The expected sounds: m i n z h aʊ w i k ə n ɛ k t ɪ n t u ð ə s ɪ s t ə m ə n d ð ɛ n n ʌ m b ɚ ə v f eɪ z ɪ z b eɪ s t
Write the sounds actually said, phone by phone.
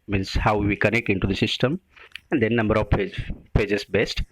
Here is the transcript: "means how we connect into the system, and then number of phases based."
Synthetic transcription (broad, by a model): m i n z h aʊ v i k ə n ɛ k t ɪ n t u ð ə s ɪ s t ə m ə n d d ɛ n n ʌ m b ɚ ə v p eɪ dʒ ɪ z b eɪ s t